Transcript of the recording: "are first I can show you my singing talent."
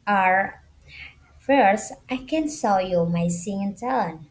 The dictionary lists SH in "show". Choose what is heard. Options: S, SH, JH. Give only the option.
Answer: S